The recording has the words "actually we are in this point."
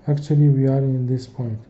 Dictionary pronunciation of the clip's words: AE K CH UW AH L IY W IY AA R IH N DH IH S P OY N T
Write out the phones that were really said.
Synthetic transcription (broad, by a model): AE K CH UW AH L IY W IY AA R IH N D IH S P OY N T